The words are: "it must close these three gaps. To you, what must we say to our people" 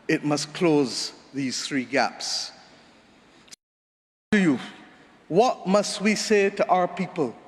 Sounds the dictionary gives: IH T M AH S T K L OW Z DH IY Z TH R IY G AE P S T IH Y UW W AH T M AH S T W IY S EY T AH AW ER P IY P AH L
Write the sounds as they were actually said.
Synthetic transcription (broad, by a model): IH T M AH S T K L OW Z DH IY Z TH R IY G AE P S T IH Y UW W AH T M AH S T W IY S EY T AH AW ER P IY P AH L